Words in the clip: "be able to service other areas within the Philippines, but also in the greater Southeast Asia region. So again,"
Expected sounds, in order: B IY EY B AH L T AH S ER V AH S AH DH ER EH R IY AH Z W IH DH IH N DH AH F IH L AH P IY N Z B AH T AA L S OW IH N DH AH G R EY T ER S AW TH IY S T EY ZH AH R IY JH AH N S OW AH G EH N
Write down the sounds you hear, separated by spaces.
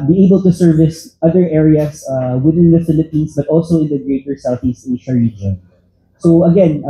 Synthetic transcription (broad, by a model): B IY EY B AH L T AH S ER V AH S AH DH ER EH R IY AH S W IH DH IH N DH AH F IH L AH P IY N S B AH T AA L S OW IH N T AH G R EY T ER S AW TH IY S T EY SH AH R IY JH AH N S OW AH G EH N